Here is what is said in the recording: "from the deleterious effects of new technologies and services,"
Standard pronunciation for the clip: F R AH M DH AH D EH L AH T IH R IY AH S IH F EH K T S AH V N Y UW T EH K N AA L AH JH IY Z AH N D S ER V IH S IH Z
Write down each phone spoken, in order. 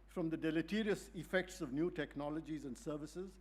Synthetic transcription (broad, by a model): F R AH M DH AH D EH L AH T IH R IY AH S IH F EH K T S AH V N Y UW T EH K N AA L AH JH IY Z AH N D S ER V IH S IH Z